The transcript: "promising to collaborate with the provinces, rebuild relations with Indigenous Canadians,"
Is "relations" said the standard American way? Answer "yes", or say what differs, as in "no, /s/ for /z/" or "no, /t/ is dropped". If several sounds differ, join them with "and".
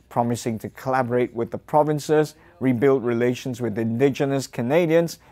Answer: yes